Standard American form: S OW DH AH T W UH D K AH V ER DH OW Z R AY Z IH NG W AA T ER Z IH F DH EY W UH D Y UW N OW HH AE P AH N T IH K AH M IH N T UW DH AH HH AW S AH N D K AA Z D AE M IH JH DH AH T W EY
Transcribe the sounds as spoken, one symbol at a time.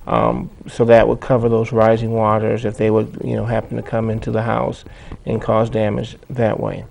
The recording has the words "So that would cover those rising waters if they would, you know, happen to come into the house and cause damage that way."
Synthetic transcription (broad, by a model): S OW DH AH T W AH D K AH V ER DH OW Z R AY Z IH NG W AA T ER Z IH F DH EY W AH D Y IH N OW HH AE P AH N T IH K AH M IH N T UW DH AH HH AW S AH N K AA Z D AE M IH JH DH AH T W EY